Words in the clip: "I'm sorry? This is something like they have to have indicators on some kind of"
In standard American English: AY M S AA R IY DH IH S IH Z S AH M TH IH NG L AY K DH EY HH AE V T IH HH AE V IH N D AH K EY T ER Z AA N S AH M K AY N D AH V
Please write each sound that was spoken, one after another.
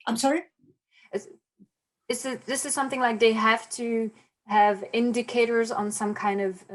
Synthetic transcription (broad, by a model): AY M S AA R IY DH IH S IH Z S AH M TH IH NG L AY K DH EY HH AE F T IH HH V IH N D AH K EY T ER Z N S AH M K AY N D AH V